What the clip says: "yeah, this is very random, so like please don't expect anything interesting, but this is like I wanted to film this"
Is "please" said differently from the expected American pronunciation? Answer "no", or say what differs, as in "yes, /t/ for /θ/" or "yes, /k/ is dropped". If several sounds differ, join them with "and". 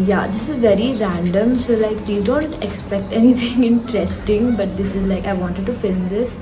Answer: yes, /z/ is dropped